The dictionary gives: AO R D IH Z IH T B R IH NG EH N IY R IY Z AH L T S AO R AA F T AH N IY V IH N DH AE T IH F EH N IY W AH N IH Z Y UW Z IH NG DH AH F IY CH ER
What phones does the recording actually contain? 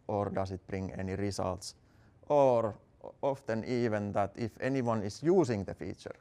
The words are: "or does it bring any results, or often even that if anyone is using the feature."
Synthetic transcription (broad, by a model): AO R D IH S IH T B R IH NG EH N IY R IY S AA L T S AO R AA F T AH N IY V IH N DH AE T IH F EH N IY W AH N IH S Y UW S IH NG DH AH F IY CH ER